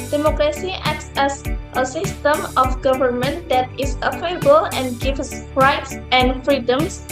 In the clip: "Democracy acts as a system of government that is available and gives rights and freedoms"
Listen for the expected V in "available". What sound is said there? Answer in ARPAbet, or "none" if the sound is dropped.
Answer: F